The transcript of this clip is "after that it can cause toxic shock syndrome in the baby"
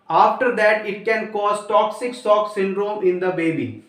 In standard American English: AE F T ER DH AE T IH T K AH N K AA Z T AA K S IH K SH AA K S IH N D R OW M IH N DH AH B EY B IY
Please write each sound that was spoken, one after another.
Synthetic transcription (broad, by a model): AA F T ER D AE T IH T K AH N K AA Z T AA K S IH K S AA K S IH N D R OW M IH N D AH B EY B IY